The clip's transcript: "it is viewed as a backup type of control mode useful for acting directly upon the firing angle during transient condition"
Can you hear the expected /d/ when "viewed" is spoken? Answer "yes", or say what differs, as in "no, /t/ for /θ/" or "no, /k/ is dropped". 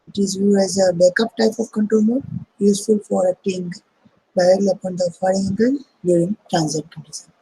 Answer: no, /d/ is dropped